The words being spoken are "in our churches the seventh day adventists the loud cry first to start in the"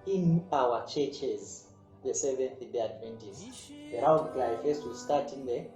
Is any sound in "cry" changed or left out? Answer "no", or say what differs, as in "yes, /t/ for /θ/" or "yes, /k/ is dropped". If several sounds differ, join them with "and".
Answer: yes, /l/ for /ɹ/